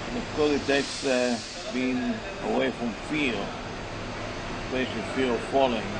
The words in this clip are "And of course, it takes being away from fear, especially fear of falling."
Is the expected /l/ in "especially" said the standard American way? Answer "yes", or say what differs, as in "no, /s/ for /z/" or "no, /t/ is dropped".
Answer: no, /l/ is dropped